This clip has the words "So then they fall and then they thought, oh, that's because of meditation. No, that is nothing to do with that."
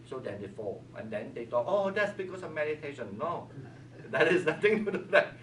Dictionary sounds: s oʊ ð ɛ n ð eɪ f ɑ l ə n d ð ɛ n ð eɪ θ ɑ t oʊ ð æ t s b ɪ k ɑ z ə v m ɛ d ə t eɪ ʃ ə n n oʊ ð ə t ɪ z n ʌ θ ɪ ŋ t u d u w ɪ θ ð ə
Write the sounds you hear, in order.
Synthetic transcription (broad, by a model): s oʊ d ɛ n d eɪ f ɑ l ə n d ɛ n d eɪ t ɑ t oʊ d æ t s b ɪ k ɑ s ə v m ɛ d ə t eɪ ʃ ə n n oʊ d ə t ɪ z n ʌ t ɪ ŋ t u d u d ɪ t